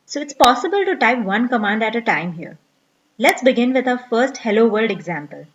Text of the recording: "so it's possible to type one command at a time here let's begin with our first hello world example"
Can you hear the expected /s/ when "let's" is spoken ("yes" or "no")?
yes